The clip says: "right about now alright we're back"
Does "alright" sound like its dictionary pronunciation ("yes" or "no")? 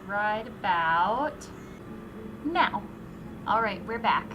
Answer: yes